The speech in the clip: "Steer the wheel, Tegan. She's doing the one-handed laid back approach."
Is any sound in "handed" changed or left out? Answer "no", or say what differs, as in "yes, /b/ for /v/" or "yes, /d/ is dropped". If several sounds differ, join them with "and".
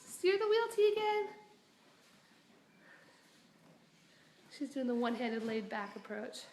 yes, /n/ is dropped